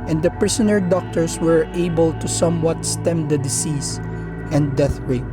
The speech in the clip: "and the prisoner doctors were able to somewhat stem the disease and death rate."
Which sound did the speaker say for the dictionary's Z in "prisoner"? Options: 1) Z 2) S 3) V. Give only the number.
2